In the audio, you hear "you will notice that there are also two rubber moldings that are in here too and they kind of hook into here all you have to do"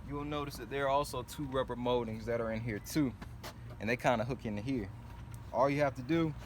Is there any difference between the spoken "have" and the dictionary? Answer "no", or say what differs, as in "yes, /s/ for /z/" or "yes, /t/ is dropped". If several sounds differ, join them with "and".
yes, /f/ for /v/